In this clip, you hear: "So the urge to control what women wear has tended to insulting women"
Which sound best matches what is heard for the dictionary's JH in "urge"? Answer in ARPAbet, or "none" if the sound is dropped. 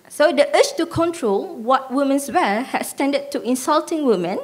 CH